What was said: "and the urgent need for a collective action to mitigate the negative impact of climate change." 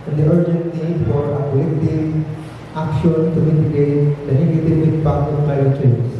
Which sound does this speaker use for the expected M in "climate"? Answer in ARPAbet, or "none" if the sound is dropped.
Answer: none